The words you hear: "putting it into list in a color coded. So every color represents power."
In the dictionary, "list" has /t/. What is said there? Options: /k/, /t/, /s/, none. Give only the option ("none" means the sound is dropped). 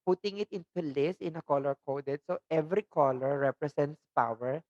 none